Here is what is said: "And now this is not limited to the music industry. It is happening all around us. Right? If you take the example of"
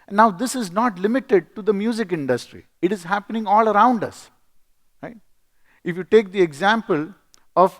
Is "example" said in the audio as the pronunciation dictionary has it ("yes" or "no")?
yes